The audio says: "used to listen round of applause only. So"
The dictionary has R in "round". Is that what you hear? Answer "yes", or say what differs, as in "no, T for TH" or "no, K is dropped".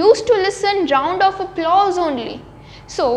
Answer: yes